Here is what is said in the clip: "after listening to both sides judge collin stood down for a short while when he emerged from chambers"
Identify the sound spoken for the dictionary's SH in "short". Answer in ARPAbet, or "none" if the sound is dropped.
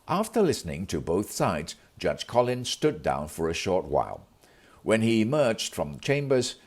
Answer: SH